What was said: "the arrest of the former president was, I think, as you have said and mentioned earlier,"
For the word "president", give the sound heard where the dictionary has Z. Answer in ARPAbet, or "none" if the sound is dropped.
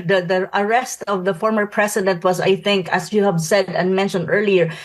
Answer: S